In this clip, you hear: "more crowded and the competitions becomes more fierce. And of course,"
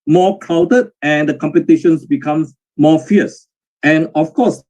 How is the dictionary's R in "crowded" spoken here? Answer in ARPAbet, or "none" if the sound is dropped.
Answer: none